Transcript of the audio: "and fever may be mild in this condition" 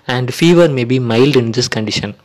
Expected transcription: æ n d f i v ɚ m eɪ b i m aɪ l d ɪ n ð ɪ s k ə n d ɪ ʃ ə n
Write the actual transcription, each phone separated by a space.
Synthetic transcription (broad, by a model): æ n d f i v ɚ m eɪ b i m aɪ l d ɪ n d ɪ s k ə n d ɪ ʃ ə n